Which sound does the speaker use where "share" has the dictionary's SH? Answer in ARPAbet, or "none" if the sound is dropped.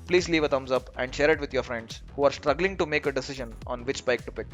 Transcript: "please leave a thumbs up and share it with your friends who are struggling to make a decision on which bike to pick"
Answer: SH